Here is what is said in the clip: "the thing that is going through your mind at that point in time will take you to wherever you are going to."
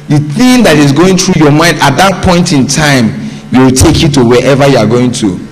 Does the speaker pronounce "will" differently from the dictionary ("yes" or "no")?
yes